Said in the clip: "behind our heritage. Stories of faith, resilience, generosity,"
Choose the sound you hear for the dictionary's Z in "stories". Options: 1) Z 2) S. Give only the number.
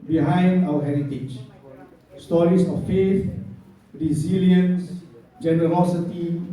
2